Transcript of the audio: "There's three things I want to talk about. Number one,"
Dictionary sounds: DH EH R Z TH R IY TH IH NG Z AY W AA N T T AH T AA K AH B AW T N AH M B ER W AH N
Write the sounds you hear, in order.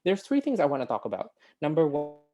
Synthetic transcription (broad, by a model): DH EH R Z TH R IY TH IH NG Z AY W AA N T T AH T AA K AH B AW T N AH M B ER W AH